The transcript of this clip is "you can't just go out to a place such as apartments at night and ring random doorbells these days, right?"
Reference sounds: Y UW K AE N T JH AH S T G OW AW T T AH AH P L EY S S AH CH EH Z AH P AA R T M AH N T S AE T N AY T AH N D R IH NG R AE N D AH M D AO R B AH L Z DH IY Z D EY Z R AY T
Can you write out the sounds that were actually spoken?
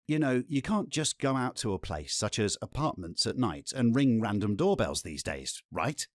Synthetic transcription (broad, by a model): Y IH K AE N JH AH S G OW AW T T AH AH P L EY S S AH CH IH Z AH P AA R T M AH N T S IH T N AY T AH N R IH NG R AE N D AH M D AO R B AH L Z DH IY Z D EY Z R AY T